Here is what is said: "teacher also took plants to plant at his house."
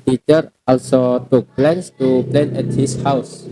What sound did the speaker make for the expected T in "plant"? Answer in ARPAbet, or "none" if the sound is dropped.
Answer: none